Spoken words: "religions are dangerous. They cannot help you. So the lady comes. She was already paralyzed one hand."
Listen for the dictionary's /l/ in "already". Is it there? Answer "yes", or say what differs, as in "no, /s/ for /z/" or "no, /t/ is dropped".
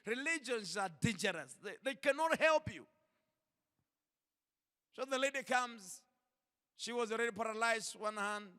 yes